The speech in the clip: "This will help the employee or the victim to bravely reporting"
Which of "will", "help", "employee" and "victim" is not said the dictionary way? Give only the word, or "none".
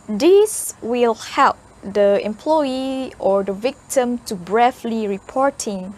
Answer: none